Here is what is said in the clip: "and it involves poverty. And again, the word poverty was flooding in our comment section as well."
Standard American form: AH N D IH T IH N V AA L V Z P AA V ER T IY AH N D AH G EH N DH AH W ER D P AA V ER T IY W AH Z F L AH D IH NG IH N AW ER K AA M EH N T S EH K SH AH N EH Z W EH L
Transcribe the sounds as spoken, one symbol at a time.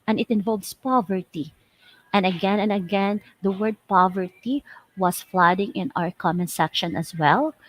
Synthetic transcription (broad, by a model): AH N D IH T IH N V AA L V S P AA V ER T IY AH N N AH G EH N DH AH W ER D P AA V ER T IY W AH S F L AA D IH NG IH N AW ER K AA M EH N S EH K SH AH N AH S W EH L